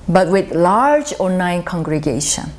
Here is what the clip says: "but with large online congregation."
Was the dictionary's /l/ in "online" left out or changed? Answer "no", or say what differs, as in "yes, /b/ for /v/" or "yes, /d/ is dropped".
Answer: yes, /l/ is dropped